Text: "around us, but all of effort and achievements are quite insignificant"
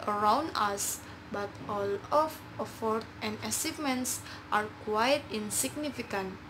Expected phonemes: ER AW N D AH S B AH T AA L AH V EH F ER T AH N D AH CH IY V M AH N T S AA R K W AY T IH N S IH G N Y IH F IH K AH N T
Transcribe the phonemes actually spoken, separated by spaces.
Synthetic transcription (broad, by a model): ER AW N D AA S B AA T AA L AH F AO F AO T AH N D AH S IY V M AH N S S AA R K W AY T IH N S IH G N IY F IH K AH N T